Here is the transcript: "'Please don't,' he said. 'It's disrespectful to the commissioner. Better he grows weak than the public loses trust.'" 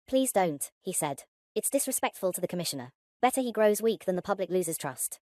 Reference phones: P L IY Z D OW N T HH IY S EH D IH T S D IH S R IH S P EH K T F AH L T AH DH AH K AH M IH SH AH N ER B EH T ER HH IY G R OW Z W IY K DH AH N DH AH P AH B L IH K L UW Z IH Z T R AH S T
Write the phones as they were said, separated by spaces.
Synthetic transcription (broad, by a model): P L IY Z D OW N T HH IY S EH D IH T S D IH S R IH S P EH K T F AH L T AH DH AH K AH M IH SH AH N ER B EH T ER IY G R OW Z W IY K DH AH N DH AH P AH B L IH K L UW Z IH Z T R AH S T